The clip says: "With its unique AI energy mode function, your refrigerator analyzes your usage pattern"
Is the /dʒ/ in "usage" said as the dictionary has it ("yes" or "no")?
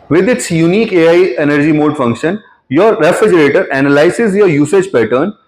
yes